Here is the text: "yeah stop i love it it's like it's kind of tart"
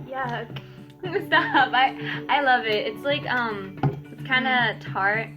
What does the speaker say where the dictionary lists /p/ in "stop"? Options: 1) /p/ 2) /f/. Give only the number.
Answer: 2